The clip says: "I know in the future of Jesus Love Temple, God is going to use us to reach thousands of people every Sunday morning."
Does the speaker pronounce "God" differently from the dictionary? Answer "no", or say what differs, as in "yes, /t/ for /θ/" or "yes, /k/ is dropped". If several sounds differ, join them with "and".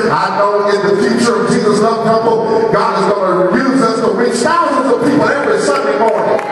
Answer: no